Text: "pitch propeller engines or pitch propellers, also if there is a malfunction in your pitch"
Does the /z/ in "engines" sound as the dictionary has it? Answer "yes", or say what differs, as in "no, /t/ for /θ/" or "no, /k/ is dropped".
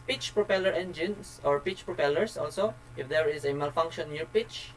no, /s/ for /z/